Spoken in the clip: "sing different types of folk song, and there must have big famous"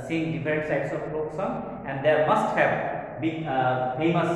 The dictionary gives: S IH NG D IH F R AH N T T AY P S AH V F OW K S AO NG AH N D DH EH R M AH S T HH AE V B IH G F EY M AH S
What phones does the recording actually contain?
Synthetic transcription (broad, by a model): S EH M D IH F R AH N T S AY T S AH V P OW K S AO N AH N D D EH R M AH S T HH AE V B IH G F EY M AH S